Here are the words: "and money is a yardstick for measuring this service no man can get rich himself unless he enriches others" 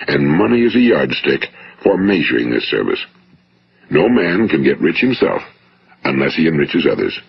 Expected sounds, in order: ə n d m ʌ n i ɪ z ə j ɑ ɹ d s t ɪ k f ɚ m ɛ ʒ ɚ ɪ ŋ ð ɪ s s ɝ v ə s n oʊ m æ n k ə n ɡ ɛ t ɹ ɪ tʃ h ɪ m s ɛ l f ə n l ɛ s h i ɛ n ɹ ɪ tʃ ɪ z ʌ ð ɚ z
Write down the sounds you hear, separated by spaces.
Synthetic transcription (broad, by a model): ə n m ʌ n i ɪ z ə j ɑ ɹ d s t ɪ k f ɚ m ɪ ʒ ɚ ɪ ŋ ð ɪ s s ɝ v ə s n oʊ m æ n k ə n ɡ ɛ t ɹ ɪ tʃ h ɪ m s ɛ l f ə n l ɛ s h i ɛ n ɹ ɪ tʃ ɪ z ʌ ð ɚ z